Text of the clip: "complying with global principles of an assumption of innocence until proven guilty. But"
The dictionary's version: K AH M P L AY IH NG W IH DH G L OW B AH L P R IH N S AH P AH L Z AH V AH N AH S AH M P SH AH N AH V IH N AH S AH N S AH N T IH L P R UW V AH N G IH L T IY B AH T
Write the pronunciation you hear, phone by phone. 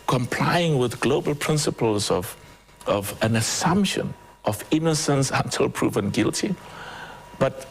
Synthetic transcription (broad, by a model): K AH M P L AY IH NG W IH DH G L OW B AH L P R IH N S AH P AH L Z AH V AH N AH S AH M P SH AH N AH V IH N AH S AH N S AH N T IH L P R UW V AH N G IH L T IY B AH T